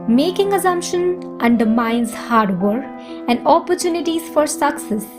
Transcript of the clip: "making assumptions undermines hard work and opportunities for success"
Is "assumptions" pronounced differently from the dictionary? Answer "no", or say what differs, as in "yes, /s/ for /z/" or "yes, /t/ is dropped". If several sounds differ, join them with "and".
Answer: yes, /z/ is dropped